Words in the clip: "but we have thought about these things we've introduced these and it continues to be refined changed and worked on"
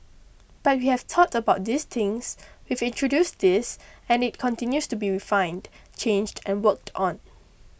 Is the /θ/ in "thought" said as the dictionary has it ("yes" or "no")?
no